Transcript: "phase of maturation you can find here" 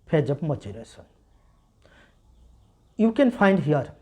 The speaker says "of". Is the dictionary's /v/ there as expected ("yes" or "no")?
no